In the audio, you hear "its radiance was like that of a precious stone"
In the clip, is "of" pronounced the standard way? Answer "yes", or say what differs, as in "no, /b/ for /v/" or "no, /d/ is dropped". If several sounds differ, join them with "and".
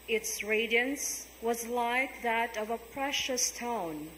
yes